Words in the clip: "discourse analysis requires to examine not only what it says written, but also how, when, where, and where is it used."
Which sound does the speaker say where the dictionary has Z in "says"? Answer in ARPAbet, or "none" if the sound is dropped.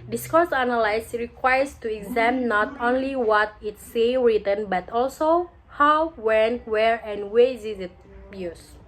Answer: none